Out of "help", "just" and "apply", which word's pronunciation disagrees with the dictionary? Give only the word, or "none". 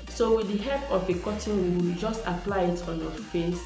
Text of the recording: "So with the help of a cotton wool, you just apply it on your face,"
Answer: help